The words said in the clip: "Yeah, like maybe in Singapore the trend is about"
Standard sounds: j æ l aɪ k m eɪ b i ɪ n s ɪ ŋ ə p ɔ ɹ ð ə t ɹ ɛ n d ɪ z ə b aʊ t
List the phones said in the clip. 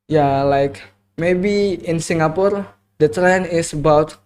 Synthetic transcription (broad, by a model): j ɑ l aɪ k m eɪ b i ɪ n s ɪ ŋ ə p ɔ ɹ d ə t ɹ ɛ n ɪ s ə b aʊ t